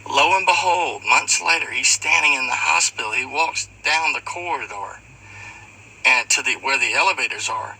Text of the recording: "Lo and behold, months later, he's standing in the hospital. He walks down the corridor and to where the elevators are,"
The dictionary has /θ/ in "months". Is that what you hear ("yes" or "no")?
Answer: yes